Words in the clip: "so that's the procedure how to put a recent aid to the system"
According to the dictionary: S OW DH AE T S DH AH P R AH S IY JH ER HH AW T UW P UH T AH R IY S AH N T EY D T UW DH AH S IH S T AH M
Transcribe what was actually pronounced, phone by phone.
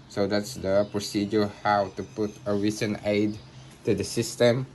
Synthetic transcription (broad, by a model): S OW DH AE T S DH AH P R AH S IY JH ER HH AW T UW P UH T AH R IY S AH N EY D T UW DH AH S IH S T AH M